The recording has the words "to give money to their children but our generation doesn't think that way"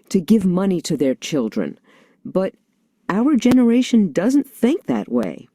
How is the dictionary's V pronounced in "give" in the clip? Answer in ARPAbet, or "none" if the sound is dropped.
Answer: V